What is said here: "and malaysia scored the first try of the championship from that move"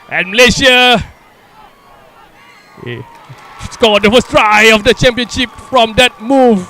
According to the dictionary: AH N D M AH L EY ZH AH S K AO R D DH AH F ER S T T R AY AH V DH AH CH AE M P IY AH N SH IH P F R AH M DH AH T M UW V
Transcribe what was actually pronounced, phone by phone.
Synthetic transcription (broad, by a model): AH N M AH L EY SH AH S K AO L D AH F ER S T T R AY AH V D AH CH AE M P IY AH N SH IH P F R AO M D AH T M UW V